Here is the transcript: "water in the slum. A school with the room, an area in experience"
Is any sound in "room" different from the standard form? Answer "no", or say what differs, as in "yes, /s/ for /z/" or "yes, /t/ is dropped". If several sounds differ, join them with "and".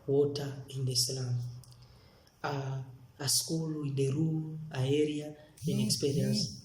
yes, /m/ is dropped